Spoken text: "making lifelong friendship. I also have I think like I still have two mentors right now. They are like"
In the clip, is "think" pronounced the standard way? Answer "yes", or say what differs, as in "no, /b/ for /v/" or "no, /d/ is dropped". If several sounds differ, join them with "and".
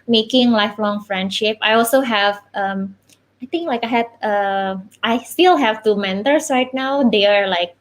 no, /t/ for /θ/